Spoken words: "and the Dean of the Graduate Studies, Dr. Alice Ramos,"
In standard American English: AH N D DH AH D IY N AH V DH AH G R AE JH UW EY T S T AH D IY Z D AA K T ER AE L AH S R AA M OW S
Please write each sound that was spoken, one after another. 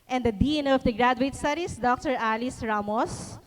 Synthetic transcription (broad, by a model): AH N D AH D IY N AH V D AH G R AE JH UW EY T S T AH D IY S D AA K T ER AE L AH S R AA M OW S